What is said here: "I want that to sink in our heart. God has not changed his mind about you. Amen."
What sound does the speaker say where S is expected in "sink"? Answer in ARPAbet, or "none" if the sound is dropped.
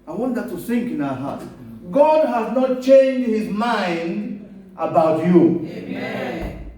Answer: TH